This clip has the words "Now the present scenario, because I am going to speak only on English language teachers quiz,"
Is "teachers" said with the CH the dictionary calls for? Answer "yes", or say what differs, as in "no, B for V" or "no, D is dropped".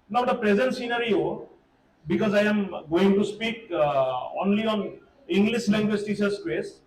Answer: no, S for CH